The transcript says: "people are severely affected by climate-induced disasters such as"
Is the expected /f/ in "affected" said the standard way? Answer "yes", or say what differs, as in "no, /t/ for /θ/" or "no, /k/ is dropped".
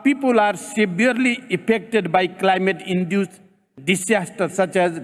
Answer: no, /p/ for /f/